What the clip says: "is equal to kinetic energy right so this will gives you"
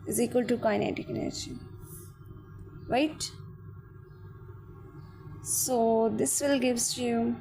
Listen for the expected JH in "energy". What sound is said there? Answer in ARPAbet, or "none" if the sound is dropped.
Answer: SH